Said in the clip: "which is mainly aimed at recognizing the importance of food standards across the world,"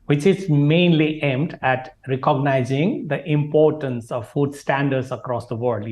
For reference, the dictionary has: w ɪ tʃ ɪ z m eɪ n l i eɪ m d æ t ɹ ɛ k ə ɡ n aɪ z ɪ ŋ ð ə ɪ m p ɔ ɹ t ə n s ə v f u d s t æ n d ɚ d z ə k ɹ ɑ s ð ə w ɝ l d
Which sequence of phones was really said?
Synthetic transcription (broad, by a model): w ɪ tʃ ɪ z m eɪ n l i eɪ m d æ t ɹ ɛ k ə ɡ n aɪ z ɪ ŋ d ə ɪ m p ɔ ɹ t ə n s ə v f u d s t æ n d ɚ d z ə k ɹ ɑ s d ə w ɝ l d